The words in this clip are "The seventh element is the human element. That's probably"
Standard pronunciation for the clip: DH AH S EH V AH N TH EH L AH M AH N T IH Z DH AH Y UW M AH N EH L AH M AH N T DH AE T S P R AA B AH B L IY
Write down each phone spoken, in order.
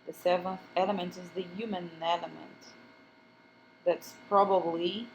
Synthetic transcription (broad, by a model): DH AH S EH V AH N TH EH L AH M AH N T IH Z DH AH Y UW M AH N EH L AH M AH N T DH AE T S P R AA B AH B L IY